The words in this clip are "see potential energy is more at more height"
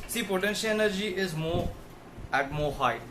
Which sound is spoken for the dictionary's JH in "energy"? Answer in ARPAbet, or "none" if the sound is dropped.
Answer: JH